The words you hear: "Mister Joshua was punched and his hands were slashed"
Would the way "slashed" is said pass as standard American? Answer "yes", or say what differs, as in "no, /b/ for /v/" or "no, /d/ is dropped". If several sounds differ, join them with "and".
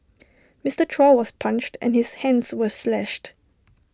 yes